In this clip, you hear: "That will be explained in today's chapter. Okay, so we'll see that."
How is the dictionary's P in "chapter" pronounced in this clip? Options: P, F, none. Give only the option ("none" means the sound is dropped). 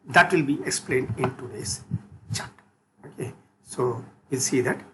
none